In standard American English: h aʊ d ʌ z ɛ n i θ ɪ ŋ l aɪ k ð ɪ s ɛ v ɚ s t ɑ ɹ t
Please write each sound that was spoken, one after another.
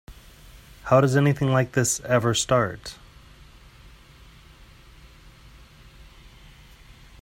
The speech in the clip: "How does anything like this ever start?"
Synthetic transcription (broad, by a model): h aʊ d ʌ z ɛ n i θ ɪ ŋ l aɪ k ð ɪ s ɛ v ɚ s t ɑ ɹ t